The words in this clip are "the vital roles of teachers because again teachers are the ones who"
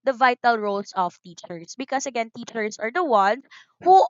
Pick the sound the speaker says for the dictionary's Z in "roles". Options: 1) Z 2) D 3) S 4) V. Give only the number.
3